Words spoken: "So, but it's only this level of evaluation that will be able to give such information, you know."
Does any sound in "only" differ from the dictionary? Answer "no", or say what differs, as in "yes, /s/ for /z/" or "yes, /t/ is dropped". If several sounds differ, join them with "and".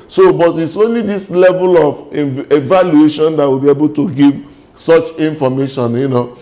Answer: no